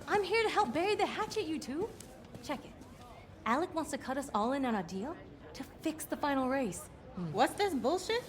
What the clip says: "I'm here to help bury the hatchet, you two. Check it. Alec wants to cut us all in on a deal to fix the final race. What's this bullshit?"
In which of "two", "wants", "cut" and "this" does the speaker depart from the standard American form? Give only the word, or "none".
none